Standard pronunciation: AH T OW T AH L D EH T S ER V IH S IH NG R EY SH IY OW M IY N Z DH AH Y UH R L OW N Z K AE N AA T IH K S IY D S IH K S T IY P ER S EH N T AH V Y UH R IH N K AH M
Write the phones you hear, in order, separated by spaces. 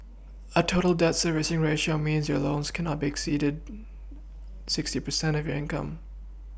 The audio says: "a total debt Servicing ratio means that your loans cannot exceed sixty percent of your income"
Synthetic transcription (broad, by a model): AH T OW T L D EH T S ER V IH S IH NG R EY SH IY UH M IY N Z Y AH R L OW N Z K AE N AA T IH K S IY D S IH K S T IY P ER S EH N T AH V Y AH R IH N K AH M